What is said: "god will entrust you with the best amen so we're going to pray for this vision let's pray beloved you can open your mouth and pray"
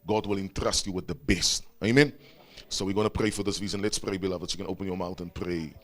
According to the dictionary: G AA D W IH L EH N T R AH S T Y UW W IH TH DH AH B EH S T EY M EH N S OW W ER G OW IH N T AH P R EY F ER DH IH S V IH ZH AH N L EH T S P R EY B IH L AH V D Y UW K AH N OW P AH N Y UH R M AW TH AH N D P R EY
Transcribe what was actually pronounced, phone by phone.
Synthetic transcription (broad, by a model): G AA D W IH L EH N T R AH S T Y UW W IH DH AH B EH S T EY M EH N S OW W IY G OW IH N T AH P R EY F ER DH IH S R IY Z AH N L EH T S P R EY B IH L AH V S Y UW K AH N OW P AH N Y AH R M AW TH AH N P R EY